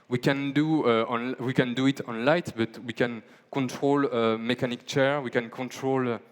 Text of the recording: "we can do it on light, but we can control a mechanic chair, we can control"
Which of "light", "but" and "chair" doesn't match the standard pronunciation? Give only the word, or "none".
none